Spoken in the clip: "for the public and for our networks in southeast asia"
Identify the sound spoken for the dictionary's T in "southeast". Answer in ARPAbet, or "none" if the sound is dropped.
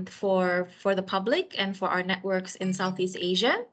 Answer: T